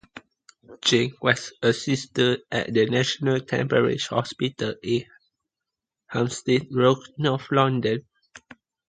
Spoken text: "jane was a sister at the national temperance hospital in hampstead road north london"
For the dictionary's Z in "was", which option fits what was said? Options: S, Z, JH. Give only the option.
S